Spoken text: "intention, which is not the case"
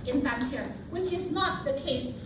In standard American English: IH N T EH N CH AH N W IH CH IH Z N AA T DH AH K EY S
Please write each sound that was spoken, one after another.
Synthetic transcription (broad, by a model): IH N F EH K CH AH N W IH CH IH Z N AA T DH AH K EY S